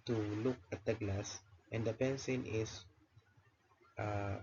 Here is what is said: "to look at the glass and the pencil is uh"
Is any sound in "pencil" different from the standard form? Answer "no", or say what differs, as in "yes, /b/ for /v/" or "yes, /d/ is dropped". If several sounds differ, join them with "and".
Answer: yes, /n/ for /l/